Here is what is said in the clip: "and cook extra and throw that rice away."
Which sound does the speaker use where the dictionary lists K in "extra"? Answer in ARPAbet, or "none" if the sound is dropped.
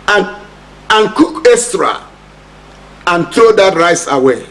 none